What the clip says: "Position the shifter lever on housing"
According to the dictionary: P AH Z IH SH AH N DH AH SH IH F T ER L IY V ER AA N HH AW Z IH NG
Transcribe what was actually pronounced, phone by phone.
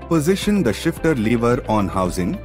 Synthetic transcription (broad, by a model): P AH Z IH SH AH N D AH SH IH F T ER L IY V ER AA N HH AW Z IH NG